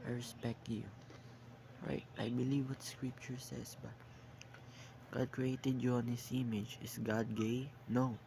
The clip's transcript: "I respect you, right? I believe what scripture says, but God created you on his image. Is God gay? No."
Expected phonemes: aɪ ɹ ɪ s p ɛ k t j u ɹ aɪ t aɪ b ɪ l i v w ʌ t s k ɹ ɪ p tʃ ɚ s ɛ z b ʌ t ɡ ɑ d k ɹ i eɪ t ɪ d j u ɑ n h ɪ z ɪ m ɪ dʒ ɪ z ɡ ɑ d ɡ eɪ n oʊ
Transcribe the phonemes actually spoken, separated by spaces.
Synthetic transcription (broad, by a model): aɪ ɹ ɪ s p ɛ k t j u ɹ aɪ t aɪ b ɪ l i v w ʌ t s k ɹ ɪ p tʃ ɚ s ɛ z b ʌ t ɡ ɑ d k ɹ i eɪ t ɪ d j u ɑ n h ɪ s ɪ m ɪ dʒ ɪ s ɡ ɑ d ɡ eɪ n oʊ